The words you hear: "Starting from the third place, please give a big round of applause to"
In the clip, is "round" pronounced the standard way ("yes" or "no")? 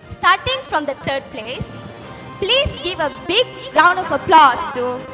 yes